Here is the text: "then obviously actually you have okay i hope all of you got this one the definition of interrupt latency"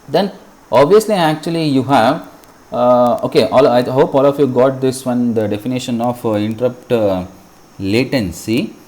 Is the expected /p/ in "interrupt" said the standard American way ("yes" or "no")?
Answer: yes